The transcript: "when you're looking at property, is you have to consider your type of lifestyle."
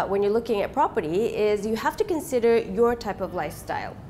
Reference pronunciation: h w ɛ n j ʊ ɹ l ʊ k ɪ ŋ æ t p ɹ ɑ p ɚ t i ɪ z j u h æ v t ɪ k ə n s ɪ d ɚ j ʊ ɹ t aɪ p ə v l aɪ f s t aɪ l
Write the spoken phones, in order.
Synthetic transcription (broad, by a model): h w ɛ n j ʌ ɹ l ʊ k ɪ ŋ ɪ t p ɹ ɑ p ɚ t i ɪ z j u h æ f t ɪ k ə n s ɪ d ɚ j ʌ ɹ t aɪ p ə v l aɪ f s t aɪ l